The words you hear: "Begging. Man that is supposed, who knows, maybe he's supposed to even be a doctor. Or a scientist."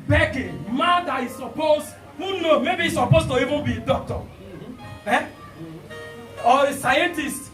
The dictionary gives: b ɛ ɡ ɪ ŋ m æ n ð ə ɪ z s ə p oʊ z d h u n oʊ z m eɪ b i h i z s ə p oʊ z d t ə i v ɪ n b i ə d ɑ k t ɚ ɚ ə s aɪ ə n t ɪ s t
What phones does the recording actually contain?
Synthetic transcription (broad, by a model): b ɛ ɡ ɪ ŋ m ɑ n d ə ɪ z s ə p oʊ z h u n oʊ m eɪ b i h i s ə p oʊ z t ə i v ɪ n b i d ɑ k t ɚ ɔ ə s aɪ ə n t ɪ s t